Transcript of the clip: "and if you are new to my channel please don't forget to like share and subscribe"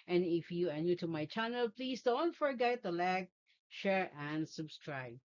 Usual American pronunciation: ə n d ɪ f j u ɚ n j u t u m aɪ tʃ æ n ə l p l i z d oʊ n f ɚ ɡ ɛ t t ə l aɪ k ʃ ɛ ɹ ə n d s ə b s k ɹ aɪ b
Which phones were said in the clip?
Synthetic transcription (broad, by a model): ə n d ɪ f j u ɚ n j u t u m aɪ tʃ æ n ə l p l i s d oʊ n f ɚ ɡ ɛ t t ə l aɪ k ʃ ɛ ɹ ə n d s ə b s k ɹ aɪ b